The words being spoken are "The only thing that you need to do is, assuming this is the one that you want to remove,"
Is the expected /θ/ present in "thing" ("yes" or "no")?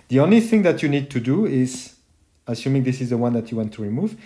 yes